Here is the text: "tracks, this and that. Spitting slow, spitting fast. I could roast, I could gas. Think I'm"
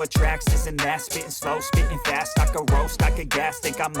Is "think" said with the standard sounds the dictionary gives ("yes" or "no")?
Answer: no